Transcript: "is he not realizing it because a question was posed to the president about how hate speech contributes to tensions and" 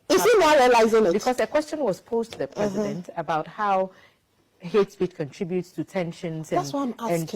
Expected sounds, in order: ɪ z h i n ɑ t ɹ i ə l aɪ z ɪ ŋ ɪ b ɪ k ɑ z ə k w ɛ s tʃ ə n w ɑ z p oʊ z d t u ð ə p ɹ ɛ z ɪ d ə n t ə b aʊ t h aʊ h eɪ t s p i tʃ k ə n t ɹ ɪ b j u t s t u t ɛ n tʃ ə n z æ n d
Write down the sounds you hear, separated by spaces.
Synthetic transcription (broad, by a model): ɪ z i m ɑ ɹ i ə l aɪ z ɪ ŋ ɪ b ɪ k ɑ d ə k w ɛ s tʃ ə n w ɑ s p oʊ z t u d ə p ɹ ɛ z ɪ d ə n t ə b aʊ t h aʊ h eɪ t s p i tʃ k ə n t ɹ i b j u t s t u t ɛ n ʃ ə n s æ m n